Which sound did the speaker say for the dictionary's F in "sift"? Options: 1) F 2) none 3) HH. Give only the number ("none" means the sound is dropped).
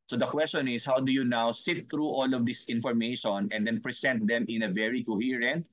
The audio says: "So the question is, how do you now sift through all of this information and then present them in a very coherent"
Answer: 2